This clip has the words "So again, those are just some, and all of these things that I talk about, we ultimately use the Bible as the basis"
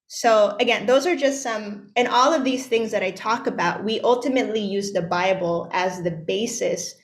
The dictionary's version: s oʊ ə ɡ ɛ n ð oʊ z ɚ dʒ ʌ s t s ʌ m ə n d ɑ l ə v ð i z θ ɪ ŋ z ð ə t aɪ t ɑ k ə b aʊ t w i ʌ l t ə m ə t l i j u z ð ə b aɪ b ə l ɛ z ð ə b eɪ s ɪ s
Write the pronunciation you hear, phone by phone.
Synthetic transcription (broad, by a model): s oʊ ə ɡ ɛ n ð oʊ z ɚ dʒ ʌ s t s ʌ m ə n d ɑ l ə v ð i z θ ɪ ŋ z ð ə t aɪ t ɑ k ə b aʊ t w i ʌ l t ə m ə t l i j u z ð ə b aɪ b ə l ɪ z ð ə b eɪ s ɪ s